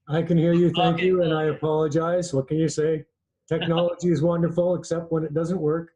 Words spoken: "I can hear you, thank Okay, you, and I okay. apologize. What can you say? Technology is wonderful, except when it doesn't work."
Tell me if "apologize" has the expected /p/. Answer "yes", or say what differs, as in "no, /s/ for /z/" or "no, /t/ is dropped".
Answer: yes